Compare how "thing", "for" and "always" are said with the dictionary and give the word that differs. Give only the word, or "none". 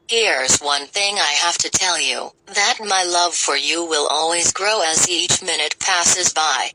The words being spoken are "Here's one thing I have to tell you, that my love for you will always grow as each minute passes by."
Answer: none